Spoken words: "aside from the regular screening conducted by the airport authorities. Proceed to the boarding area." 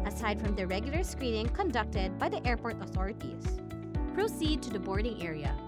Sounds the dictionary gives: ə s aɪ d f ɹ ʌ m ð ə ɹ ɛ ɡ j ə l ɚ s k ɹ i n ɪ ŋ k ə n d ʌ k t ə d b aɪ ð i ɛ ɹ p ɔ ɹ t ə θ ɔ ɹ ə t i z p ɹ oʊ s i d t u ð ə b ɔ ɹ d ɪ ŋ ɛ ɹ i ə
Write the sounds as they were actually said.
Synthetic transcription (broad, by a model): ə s aɪ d f ɹ ʌ m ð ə ɹ ɛ ɡ j l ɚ s k ɹ i n ɪ ŋ k ə n d ʌ k t ə d b aɪ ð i ɛ ɹ p ɔ ɹ t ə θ ɔ ɹ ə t i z p ɹ oʊ s i d t u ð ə b ɔ ɹ d ɪ ŋ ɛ ɹ i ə